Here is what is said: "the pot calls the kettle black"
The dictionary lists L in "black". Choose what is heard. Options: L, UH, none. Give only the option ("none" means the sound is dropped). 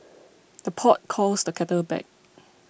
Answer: none